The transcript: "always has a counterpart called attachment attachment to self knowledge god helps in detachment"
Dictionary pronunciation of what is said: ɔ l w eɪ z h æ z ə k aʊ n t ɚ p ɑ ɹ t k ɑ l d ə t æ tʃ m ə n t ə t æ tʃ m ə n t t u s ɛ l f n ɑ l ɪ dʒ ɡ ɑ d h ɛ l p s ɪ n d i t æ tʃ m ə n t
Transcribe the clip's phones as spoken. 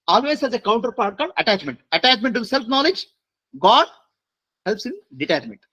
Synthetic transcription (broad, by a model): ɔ l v eɪ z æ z ə k aʊ n t ɚ p ɑ ɹ t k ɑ d ə t æ tʃ m ə n t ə t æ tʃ m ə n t t u s ɛ l f n ɑ l ɪ dʒ ɡ ɑ d h ɛ l p s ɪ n d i t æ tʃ m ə n t